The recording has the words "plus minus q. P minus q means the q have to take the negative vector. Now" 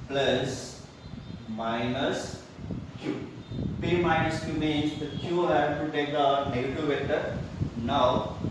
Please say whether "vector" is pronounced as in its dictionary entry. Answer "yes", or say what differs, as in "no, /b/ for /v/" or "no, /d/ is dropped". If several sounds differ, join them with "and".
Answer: no, /k/ is dropped